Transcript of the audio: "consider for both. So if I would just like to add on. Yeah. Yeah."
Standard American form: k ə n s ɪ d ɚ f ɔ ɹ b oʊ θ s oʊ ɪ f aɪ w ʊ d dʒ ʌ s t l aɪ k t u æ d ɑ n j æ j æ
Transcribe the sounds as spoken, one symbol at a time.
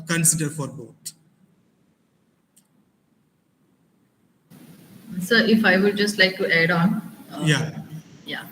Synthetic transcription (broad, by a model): k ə n s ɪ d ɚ f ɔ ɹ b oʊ t s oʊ ɪ f aɪ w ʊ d dʒ ʌ s t l aɪ k t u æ d ɑ n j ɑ j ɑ